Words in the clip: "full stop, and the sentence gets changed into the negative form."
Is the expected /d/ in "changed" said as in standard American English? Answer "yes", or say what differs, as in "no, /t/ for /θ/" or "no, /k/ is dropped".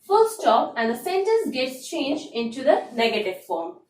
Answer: no, /d/ is dropped